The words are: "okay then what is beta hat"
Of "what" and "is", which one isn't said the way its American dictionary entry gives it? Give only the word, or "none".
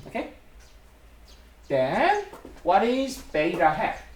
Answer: none